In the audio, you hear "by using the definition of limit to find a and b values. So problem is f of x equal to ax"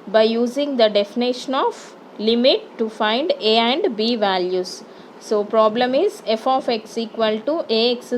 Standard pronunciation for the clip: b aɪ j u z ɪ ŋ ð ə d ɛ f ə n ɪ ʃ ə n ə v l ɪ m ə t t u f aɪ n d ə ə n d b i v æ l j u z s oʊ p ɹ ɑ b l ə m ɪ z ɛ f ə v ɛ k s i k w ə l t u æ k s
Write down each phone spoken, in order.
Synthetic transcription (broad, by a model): b aɪ j u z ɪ ŋ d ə d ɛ f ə n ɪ ʃ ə n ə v l ɪ m ə t t u f aɪ n d ə ə n d b i v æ l j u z s oʊ p ɹ ɑ b l ə m ɪ z ɛ f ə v ɛ k s i k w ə l t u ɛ k s